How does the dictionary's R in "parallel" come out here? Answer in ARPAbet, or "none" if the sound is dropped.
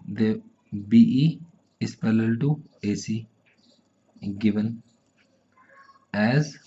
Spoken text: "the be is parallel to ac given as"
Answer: L